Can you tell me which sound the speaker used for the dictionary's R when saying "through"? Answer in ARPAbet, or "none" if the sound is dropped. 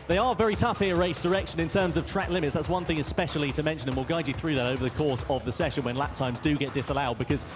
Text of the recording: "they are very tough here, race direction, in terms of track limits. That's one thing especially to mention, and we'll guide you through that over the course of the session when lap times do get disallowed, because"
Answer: R